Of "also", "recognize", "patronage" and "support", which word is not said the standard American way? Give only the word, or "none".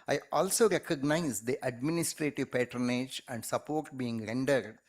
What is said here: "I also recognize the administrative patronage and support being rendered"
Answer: none